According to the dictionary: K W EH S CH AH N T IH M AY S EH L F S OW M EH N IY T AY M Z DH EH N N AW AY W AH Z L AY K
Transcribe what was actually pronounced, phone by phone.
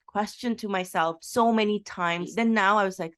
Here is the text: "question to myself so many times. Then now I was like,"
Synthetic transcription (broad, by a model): K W EH S CH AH N T IH M AY S EH L F S OW M EH N IY T AY M Z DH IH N N AW AY W AH Z L AY K